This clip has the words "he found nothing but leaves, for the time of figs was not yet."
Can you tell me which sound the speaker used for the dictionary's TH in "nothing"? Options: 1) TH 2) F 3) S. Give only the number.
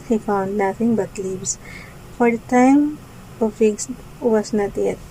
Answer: 2